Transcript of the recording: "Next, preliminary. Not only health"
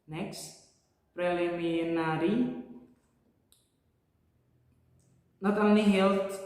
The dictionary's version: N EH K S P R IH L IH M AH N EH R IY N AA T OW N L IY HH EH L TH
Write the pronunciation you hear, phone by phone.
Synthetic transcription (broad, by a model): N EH K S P R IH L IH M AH N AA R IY N AA T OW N IY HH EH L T